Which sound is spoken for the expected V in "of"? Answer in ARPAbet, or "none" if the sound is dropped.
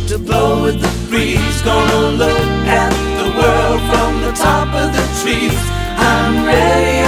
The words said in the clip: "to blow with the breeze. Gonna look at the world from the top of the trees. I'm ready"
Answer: V